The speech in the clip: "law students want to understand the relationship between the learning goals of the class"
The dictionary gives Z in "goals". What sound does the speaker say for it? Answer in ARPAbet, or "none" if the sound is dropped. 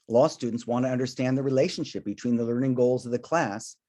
Z